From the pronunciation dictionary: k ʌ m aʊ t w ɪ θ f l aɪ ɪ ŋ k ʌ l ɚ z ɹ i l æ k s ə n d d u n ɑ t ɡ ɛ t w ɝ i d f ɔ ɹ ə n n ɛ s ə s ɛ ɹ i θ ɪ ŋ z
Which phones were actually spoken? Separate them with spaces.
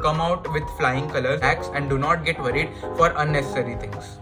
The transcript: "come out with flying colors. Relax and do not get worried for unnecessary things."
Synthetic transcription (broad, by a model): k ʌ m aʊ t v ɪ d f l aɪ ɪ ŋ k ʌ l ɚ ɹ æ k s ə n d d u n ɑ t ɡ ɛ t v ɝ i d f ɔ ɹ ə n n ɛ s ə s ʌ ɹ i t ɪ ŋ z